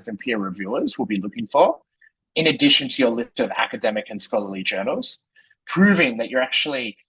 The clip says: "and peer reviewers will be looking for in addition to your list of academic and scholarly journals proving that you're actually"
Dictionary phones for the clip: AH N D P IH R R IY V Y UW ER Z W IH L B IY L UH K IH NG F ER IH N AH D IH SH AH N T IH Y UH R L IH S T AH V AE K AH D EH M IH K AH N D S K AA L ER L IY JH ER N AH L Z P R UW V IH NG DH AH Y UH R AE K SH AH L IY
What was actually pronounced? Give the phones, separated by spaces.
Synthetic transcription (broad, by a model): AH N P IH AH R IY V Y UW ER Z W IH L B IY L UH K IH NG F ER IH N AH D IH SH AH N T IH Y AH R L IH S T AH V AE K AH D EH M IH K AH N S K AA L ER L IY JH ER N L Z P R UW V IH NG DH AH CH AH R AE K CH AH L IY